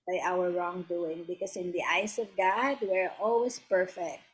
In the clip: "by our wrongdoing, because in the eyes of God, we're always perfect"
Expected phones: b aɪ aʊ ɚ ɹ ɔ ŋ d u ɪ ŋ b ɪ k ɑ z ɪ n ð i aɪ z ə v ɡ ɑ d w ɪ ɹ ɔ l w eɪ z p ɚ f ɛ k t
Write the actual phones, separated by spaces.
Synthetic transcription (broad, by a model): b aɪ aʊ ɚ ɹ ɔ ŋ d u ɪ ŋ b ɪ k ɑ s ɪ n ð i aɪ s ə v ɡ ɑ d w ɪ ɹ ɔ l w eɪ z p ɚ f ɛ k t